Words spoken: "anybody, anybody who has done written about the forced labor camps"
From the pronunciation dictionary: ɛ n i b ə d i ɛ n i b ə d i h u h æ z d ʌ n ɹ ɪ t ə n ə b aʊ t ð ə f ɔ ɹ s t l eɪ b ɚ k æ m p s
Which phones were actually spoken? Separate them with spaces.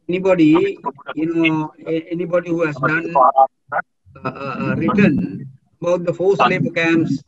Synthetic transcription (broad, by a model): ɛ n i b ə d i ɛ n i b ə d i h u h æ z d ʌ n ɹ ɪ t ə n ə b aʊ t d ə f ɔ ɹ s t l eɪ b ɚ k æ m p s